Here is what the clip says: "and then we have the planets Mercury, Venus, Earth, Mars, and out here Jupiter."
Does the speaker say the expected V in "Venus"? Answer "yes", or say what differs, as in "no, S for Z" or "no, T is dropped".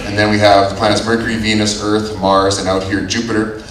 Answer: yes